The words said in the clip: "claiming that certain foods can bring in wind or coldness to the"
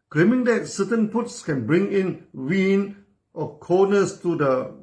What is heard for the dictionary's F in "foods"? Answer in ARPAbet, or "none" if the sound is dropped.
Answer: P